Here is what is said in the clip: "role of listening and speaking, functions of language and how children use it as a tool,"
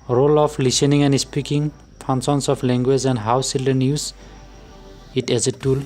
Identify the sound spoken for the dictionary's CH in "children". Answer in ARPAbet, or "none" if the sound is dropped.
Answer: S